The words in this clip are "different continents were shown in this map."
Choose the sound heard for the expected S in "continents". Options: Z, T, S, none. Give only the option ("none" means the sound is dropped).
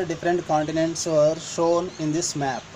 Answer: S